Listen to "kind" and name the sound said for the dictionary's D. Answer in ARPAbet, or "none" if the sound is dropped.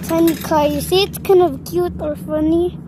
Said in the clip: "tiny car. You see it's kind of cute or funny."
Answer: none